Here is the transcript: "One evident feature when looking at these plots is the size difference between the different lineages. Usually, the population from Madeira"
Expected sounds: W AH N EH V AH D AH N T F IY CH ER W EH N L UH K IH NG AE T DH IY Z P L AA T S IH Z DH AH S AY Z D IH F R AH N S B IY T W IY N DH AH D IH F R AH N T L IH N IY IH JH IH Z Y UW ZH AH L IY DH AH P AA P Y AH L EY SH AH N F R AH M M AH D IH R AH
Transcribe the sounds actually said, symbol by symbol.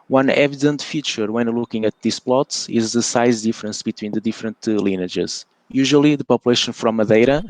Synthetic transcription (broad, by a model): W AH N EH V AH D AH N T F IY CH ER W EH N L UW K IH NG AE T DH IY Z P L AA T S IH Z DH AH S AY Z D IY F R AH N S B IY T W IY N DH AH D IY F R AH N T L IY N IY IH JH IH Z Y UW ZH AH L IY DH AH P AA P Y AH L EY SH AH N F R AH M M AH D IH R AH